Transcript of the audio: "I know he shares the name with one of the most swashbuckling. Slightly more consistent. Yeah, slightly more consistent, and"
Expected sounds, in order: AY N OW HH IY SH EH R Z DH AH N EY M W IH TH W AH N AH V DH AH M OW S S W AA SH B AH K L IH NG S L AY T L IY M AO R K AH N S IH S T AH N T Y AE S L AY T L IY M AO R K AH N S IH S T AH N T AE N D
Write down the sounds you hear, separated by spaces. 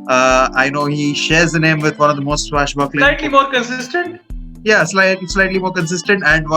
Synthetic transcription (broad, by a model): AY N OW HH IY SH EH R Z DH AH N EY M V IH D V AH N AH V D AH M OW S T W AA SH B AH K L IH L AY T L IY M AO R K AH N S IH S T AH N T Y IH S L AY T L IY M AO R K AH N S IH S T AH N T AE N D